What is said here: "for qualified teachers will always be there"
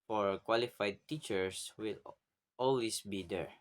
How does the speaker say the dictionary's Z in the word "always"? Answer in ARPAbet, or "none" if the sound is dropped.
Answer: S